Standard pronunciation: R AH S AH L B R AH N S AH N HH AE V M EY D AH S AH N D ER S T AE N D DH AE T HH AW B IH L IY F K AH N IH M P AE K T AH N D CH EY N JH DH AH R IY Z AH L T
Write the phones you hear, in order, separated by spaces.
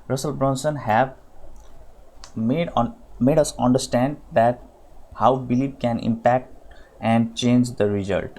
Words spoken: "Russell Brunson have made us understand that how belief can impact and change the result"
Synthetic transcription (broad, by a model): R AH S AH L B R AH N S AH N HH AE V M EY D AH S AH N D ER S T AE N D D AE T HH AW B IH L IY P K AH N IH M P AE K T AH N D CH EY N JH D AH R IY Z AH L T